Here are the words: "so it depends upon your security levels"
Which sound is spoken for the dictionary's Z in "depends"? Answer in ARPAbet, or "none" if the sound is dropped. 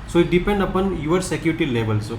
none